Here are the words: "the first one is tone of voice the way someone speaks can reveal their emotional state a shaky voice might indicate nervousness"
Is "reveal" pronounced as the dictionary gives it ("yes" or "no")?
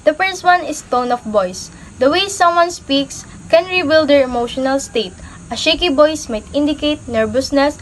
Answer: no